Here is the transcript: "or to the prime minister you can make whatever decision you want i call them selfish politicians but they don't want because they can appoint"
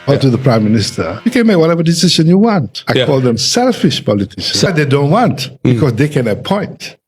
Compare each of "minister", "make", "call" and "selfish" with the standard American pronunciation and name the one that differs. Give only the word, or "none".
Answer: none